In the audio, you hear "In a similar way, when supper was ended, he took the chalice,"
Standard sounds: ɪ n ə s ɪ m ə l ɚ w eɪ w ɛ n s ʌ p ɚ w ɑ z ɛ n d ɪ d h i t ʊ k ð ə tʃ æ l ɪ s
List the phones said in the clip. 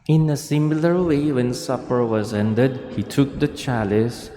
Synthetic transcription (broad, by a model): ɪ n ə s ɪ m l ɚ w eɪ w ɛ n s ʌ p ɚ w ɑ z ɛ n d ɪ d h i t ʊ k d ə tʃ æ l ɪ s